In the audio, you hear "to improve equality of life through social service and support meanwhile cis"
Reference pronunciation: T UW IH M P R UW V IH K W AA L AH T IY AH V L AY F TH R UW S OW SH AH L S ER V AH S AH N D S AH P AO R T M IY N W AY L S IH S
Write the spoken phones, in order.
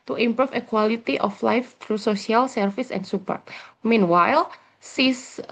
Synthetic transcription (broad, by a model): T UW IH M P R UW F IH K W AA L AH T IY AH F L AY F T R UW S OW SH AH L S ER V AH S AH N S AH P AO R T M IY N W AY L S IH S